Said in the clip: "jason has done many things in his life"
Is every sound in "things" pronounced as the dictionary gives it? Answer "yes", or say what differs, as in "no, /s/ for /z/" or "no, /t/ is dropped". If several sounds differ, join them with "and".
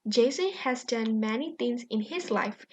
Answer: no, /t/ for /θ/